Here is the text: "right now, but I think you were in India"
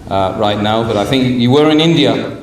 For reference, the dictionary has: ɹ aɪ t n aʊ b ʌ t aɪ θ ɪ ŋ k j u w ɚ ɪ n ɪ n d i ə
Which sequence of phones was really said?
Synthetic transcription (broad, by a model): ɹ aɪ t n aʊ b ʌ t aɪ θ ɪ ŋ k j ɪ w ɚ ɪ n ɪ n d i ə